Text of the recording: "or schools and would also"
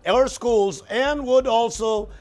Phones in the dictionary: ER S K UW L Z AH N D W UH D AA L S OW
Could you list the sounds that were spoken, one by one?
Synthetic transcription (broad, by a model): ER S K UW L Z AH N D W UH D AA L S OW